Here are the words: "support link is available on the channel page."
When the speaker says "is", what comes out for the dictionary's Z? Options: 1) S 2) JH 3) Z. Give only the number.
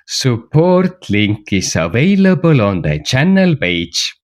1